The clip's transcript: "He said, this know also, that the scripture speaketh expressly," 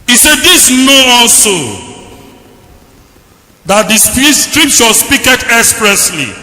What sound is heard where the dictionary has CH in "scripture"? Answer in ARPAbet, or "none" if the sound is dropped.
SH